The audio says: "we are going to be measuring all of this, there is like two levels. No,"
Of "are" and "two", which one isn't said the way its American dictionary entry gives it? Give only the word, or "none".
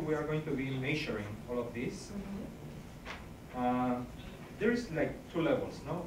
none